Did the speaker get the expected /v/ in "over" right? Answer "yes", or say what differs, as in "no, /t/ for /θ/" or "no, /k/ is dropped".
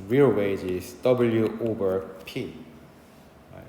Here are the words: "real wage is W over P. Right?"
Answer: no, /b/ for /v/